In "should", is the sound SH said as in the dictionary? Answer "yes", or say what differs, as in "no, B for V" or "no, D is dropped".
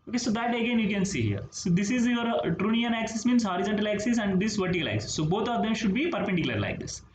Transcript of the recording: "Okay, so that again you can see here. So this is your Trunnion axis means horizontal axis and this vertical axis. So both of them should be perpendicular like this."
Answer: yes